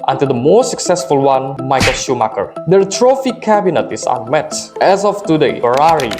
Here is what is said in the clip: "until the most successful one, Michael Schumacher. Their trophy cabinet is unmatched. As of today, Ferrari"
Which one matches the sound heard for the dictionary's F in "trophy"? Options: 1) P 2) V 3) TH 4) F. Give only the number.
4